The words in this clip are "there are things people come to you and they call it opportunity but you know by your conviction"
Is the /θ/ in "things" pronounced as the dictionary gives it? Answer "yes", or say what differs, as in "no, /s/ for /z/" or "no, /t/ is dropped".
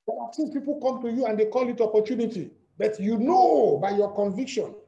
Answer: no, /s/ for /θ/